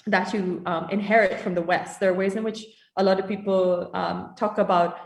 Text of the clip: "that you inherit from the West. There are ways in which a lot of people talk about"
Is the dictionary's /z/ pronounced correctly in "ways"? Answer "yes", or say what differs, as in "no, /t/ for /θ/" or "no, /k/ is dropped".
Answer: yes